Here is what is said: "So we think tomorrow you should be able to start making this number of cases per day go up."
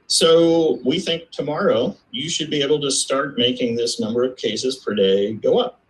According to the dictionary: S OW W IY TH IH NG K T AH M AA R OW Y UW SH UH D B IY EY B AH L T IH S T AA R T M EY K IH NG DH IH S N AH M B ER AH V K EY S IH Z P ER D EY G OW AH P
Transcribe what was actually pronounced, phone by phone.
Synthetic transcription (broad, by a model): S OW W IY TH IH NG K T AH M AA R OW Y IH SH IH D B IY EY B L T IH S T AA R T M EY K IH NG DH IH S N AH M B ER AH V K EY S IH Z P ER D EY G OW AH P